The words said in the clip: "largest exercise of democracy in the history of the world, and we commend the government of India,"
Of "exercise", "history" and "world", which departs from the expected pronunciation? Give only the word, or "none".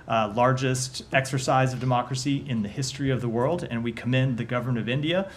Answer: none